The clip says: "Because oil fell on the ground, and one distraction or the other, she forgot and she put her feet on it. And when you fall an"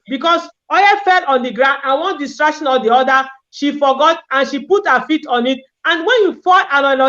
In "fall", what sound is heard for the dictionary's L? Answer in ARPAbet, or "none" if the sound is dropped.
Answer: N